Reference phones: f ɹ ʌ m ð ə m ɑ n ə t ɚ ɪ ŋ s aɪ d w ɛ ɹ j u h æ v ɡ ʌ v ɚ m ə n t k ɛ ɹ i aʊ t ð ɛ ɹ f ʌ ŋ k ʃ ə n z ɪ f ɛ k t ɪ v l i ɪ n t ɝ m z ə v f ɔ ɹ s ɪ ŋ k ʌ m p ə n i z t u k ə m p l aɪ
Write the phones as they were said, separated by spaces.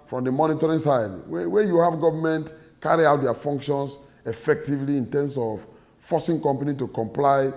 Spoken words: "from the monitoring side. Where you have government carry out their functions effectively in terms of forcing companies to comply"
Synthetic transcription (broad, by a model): f ɹ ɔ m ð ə m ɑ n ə t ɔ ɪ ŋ s aɪ d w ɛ w j u h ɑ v ɡ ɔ v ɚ m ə n t k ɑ ɹ i aʊ t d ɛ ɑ f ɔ ŋ k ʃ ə n s ɪ f ɛ k t ɪ v l i ɪ n t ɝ m s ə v f ɔ s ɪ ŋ k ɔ m p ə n i t u k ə m p l aɪ